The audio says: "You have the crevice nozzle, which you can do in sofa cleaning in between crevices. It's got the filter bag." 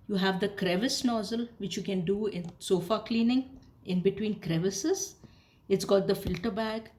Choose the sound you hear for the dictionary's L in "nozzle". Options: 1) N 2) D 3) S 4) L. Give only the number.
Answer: 4